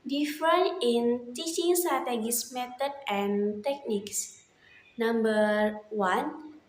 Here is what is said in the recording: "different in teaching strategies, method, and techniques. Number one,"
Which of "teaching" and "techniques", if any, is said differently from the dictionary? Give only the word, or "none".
none